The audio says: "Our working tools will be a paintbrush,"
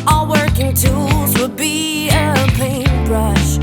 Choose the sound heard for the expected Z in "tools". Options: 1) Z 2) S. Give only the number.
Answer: 1